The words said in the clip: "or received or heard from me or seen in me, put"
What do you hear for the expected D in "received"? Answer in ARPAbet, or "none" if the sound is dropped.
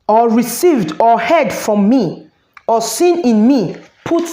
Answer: D